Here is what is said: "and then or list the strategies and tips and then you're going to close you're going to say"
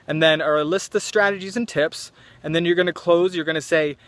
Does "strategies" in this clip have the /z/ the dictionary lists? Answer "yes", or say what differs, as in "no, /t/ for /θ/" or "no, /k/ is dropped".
yes